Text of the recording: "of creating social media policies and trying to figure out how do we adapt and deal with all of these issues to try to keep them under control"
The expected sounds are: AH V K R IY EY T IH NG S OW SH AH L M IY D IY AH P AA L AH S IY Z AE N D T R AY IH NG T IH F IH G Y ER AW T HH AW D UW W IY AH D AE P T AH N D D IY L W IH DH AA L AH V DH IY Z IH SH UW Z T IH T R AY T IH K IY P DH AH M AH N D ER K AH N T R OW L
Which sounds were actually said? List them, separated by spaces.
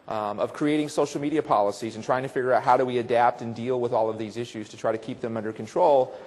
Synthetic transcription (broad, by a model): AH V K R IY EY T IH NG S OW SH L M IY D IY AH P AA L AH S IY Z N T R AY IH NG T IH F IH G Y ER AW T HH AW D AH W IY AH D AE P T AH N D D IY L W IH DH AA L AH V DH IY Z IH SH UW Z T IH T R AY T IH K IY P DH AH M AH N D ER K N T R OW L